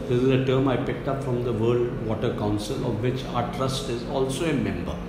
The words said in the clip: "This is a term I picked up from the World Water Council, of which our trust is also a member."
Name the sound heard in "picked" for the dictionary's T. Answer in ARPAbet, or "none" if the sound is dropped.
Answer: T